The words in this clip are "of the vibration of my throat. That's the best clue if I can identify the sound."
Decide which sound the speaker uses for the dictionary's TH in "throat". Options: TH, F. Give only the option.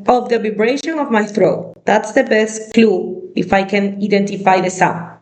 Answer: TH